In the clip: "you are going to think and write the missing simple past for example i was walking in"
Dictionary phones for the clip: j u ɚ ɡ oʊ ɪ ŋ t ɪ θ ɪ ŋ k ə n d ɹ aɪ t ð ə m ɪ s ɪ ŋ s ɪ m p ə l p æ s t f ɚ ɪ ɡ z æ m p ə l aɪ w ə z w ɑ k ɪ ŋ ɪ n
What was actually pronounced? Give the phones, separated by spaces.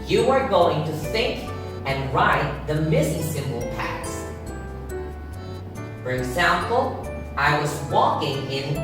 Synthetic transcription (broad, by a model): j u ɚ ɡ oʊ ɪ ŋ t ɪ θ ɪ ŋ k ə n ɹ aɪ t ð ə m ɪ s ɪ s ɪ m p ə l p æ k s f ɚ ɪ ɡ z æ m p l aɪ w ə z w ɑ k ɪ ŋ ɪ n